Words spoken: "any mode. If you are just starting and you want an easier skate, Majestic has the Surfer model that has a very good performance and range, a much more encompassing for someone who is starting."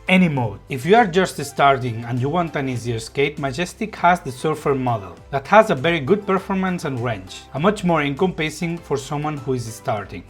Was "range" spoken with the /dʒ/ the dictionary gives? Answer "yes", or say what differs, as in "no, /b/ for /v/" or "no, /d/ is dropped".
no, /tʃ/ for /dʒ/